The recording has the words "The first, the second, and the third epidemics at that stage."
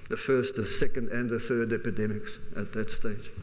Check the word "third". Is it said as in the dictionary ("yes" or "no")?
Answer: yes